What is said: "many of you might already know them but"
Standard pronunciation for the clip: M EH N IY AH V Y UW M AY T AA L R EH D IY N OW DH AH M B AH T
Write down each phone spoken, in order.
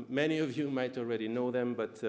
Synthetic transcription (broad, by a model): M EH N IY AH V Y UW M AY T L R EH D IY N OW DH AH M B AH T